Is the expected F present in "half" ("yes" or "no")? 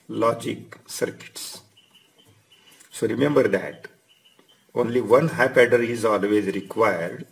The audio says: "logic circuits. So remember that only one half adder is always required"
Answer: no